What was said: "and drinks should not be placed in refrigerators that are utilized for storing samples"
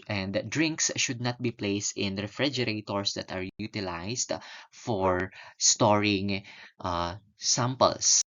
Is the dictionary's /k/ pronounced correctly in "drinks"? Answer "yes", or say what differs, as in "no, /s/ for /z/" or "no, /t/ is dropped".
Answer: yes